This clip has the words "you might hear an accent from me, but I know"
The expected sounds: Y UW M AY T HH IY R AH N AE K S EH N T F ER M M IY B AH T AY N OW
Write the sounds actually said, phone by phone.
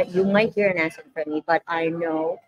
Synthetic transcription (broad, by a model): Y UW M AY T HH IY R AH N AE S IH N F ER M M IY B AH T AY N OW